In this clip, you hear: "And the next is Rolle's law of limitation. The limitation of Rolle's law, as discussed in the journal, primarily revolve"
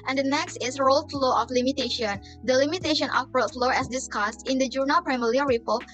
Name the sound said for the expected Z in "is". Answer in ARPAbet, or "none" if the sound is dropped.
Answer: S